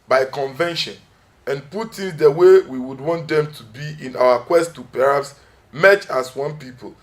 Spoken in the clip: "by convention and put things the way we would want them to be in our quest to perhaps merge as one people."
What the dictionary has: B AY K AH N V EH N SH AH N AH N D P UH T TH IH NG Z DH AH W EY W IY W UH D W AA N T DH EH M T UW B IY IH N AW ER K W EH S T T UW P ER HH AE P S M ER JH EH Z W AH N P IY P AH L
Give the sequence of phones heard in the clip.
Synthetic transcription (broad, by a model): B AY K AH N V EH N SH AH N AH N P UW T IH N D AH W EY W IY W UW D W AA N T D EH M T UW B IY IH N AW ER K W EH S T T UW P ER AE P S M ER CH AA S W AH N P IY P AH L